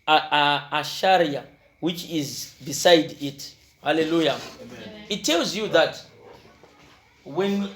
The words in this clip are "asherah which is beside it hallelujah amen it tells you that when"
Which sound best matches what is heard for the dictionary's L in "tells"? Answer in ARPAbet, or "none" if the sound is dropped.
L